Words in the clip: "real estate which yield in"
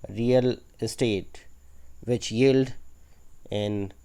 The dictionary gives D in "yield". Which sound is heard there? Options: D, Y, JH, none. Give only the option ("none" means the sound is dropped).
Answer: D